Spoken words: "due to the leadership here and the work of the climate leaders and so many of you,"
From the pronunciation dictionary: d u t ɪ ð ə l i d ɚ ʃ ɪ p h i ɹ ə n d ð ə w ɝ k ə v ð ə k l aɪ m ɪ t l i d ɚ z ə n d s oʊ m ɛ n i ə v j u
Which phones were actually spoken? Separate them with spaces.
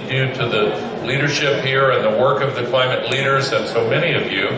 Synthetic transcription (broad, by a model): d u t ɪ ð ə l i d ɚ ʃ ɪ p h i ɹ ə n ð ə w ɝ k ə v ð ə k l aɪ m ɪ t l i d ɚ z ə n s oʊ m ɛ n i ə v j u